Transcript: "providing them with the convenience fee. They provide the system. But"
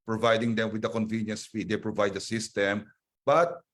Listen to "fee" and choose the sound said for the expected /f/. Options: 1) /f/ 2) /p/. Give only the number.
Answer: 2